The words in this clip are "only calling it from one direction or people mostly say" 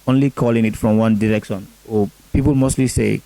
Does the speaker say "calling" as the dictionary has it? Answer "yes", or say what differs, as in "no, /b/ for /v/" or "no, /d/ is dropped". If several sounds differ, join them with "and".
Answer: yes